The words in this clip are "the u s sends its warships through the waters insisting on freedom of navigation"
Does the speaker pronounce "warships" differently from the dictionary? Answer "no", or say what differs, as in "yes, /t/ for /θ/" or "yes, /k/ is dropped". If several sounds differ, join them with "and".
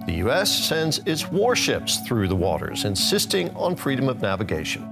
no